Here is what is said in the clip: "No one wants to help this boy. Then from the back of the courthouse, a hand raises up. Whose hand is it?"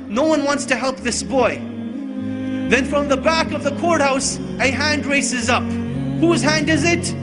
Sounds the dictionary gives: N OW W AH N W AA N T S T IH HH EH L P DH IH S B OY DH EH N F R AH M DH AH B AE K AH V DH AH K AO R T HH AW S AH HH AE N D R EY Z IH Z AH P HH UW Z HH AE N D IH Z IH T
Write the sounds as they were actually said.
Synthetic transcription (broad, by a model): N OW W AH N W AA N T S T IH HH EH L P DH IH S B OY DH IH N F R AH M DH AH B AE K AH V DH AH K AO R T HH AW S AH HH AE N D R EY S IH Z AH P HH UW Z HH AE N D IH Z IH T